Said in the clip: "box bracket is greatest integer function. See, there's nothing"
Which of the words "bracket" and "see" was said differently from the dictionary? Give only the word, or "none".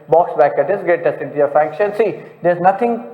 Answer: bracket